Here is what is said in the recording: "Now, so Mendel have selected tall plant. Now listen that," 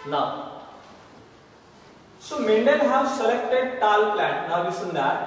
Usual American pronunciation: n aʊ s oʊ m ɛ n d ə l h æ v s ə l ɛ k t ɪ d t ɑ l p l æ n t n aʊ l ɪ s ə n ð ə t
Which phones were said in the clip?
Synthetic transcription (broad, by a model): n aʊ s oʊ m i n d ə n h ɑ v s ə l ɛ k t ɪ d t ɑ l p l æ n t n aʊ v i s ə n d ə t